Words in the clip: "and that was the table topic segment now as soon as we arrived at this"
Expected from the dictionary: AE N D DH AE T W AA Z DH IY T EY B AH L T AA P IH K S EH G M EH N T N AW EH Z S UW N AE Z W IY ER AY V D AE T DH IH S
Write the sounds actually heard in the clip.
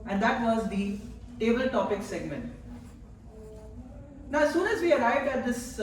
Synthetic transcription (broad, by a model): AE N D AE T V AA Z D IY T EY B AH L T AA P IH K S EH G M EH N T N AW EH S UW N AE Z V IY ER AY V D AE T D IH S